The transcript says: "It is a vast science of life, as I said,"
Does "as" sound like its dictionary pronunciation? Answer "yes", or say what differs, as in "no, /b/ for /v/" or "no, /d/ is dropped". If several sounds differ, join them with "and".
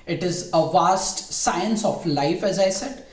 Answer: yes